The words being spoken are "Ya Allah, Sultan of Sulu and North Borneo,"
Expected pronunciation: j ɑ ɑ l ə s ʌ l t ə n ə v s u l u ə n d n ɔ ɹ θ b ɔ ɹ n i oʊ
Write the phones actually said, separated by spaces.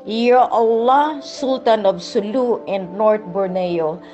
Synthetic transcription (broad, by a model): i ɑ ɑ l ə s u l t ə n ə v s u l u ə n d n ɔ ɹ t b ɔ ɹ n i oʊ